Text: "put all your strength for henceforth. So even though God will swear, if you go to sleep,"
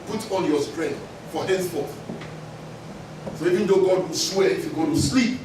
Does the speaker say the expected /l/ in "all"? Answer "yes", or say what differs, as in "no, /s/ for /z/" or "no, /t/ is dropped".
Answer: no, /n/ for /l/